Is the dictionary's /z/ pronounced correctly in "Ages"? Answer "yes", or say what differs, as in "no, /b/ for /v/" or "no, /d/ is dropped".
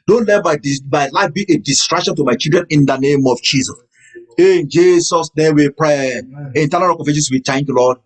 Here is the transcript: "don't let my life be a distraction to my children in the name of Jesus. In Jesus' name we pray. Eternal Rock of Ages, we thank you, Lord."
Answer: no, /s/ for /z/